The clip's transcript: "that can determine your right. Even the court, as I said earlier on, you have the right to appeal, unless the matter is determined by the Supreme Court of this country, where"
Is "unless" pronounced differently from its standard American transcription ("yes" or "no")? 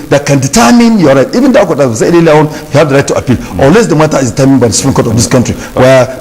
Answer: yes